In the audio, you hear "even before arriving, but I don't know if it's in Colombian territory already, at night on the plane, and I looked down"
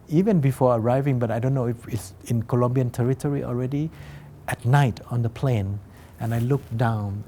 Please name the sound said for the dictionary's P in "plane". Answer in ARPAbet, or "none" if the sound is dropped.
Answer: P